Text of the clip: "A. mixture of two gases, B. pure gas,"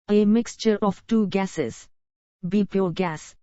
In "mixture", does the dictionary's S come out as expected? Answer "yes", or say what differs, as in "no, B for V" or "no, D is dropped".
yes